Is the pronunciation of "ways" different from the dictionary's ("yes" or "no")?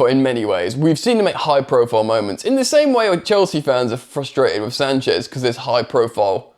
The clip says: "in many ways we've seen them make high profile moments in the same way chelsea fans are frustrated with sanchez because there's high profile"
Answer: no